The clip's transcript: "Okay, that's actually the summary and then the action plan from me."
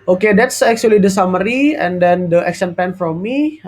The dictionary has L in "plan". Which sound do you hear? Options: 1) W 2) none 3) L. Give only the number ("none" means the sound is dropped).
2